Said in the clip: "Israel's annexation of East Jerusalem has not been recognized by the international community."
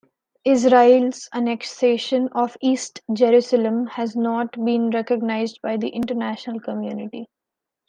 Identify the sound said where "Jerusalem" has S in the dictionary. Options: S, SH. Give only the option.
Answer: S